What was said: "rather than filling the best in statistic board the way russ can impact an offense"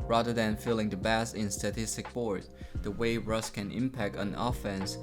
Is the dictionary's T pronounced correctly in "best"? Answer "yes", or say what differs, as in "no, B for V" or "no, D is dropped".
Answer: no, T is dropped